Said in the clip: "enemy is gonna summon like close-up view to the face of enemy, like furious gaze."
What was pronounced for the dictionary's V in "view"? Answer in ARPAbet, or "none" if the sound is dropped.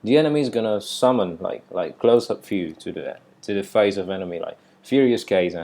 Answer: F